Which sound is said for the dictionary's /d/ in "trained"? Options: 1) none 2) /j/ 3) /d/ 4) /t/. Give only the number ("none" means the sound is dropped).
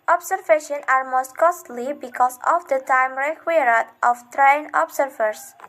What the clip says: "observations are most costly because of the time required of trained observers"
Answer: 1